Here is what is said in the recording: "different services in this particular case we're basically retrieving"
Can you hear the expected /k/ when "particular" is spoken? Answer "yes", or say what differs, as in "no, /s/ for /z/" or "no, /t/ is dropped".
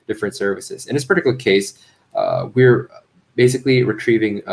no, /k/ is dropped